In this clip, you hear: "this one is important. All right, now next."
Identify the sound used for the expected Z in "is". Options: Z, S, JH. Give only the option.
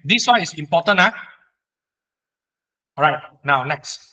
S